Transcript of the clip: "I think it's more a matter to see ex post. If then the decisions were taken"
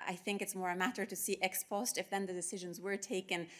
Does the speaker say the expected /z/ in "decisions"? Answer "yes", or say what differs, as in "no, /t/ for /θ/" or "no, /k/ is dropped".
yes